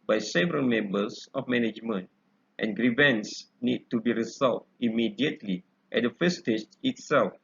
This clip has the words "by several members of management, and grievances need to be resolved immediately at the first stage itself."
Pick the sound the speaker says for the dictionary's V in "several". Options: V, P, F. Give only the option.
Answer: V